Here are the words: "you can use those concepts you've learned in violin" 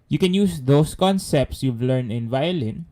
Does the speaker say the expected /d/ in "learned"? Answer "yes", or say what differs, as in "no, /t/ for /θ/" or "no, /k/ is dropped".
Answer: no, /d/ is dropped